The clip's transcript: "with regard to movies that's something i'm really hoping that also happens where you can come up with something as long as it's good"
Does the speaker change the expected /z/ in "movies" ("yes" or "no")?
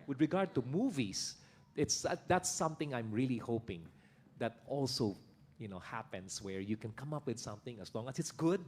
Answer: yes